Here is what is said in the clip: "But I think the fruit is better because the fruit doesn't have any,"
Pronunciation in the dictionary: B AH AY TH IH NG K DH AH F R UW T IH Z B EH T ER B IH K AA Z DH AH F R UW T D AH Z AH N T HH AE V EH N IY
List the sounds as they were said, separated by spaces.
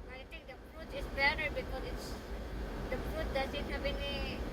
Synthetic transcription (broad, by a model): AY T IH NG K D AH F R UW T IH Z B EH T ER B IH K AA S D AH F R UW T D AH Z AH N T HH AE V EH N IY